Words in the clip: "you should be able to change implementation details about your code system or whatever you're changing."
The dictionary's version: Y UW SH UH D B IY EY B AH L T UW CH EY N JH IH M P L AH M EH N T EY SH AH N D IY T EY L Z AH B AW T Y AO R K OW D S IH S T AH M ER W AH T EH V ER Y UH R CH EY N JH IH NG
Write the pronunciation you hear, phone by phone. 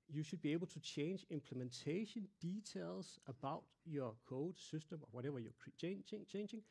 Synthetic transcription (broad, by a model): Y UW SH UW D B IY EY B AH L S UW CH EY N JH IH M P L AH M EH N S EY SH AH N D IY S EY L S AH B AW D Y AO K OW D S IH S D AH M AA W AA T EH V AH Y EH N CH EY N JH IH NG